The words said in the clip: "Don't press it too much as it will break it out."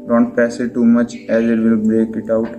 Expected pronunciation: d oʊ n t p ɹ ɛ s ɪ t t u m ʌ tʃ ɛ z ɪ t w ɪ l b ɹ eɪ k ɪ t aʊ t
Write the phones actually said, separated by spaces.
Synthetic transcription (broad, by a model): d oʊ n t p ɛ s ɪ t t u m ʌ tʃ ɛ z ɪ t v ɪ l b ɹ eɪ k ɪ t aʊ t